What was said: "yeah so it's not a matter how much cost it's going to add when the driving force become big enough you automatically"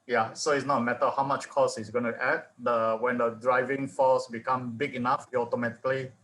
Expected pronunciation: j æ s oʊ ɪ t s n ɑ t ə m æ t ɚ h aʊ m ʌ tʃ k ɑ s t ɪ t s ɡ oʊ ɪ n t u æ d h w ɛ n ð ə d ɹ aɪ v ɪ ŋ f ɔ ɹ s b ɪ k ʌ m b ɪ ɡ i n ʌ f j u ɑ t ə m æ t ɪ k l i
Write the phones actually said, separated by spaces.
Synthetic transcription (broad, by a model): j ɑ s oʊ ɪ t s n ɑ t m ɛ t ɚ h aʊ m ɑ tʃ k ɑ s ɪ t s ɡ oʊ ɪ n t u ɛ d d w ɛ n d ə d ɹ aɪ v ɪ ŋ f ɔ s b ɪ k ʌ m b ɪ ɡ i n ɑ f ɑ t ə m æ t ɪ k l i